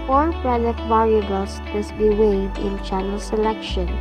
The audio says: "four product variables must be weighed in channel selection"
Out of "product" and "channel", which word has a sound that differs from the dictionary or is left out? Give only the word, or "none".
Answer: product